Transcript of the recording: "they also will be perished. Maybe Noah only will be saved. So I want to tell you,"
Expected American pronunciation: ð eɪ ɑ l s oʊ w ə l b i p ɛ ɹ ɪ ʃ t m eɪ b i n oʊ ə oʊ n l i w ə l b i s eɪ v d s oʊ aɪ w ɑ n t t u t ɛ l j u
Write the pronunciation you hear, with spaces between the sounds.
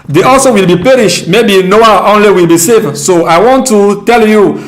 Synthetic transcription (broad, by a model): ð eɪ ɑ l s oʊ w ə l b i p ɛ ɹ ɪ ʃ t m eɪ b i n oʊ ə oʊ n l i w ə l b i s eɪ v s oʊ aɪ w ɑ n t t u t ɛ l j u